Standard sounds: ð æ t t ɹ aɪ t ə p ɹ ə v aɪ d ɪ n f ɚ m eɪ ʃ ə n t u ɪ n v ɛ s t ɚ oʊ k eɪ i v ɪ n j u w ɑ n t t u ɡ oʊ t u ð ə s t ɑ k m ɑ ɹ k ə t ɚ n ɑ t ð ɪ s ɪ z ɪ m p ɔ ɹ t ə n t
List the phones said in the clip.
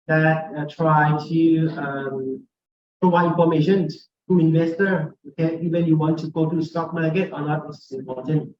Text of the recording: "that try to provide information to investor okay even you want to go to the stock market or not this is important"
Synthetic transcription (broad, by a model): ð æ t t ɹ aɪ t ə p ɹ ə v aɪ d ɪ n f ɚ m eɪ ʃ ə n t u ɪ n v ɛ s t ɚ oʊ k eɪ i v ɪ n j u w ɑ n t t u ɡ oʊ t u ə s t ɑ k m ɑ ɹ k ə t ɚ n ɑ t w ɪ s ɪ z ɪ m p ɔ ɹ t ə n t